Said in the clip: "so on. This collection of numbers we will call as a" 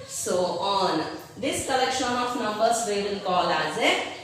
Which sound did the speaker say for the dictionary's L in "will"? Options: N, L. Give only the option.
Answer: N